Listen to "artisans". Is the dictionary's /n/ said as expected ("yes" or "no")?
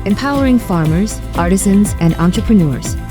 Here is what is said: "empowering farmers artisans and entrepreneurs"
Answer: yes